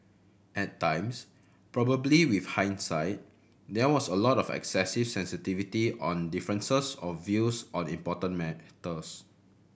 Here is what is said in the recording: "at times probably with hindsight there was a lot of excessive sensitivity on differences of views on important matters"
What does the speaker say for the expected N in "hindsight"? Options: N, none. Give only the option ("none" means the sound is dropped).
N